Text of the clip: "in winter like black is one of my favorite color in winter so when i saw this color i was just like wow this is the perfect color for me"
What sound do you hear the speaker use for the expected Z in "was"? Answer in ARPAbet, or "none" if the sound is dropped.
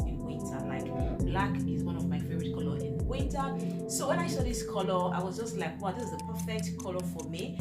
Z